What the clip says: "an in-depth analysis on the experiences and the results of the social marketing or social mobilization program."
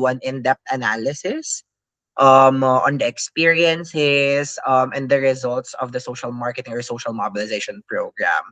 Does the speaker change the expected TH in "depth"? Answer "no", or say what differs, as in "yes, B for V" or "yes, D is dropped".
yes, T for TH